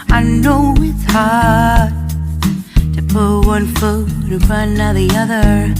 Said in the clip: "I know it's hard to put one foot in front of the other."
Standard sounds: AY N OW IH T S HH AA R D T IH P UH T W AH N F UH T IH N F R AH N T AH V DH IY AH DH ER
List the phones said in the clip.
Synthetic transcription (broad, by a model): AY N OW IH T S HH AA R D T IH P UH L W AH N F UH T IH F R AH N AH DH IY AH DH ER